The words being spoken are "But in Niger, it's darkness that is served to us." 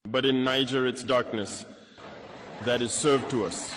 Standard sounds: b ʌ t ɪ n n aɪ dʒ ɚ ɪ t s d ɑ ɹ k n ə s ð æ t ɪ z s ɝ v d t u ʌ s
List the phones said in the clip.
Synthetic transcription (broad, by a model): b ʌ t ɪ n n aɪ dʒ ɚ ɪ t s d ɑ ɹ k n ə s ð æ t ɪ z s ɝ v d t u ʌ s